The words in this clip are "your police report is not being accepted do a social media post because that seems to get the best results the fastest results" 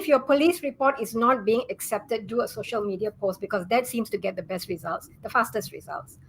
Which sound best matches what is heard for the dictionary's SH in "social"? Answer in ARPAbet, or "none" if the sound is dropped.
SH